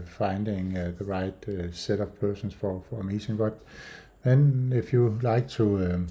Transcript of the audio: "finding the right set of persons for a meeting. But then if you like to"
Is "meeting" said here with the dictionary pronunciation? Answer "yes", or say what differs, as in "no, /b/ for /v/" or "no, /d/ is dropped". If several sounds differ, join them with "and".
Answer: no, /s/ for /t/